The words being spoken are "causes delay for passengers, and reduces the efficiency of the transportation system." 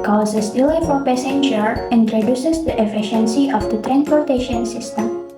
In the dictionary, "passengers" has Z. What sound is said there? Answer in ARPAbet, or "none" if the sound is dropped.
none